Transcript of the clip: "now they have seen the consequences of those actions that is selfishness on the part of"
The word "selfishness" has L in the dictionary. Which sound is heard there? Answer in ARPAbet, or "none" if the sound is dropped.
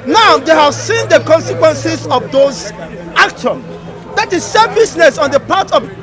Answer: none